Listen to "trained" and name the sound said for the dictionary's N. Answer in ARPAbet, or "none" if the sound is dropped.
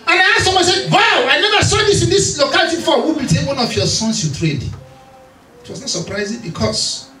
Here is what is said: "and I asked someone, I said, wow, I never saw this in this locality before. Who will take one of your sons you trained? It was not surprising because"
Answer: none